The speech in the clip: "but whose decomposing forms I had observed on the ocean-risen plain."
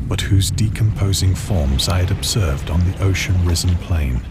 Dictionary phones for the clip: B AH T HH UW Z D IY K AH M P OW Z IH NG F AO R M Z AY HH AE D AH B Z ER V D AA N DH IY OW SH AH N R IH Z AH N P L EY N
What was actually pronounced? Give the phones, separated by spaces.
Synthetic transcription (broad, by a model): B AH T HH UW Z D IY K AH M P OW Z IH NG F AO R M Z AY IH D AH B Z ER V D N DH IY OW SH AH N R IH Z AH N P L EY N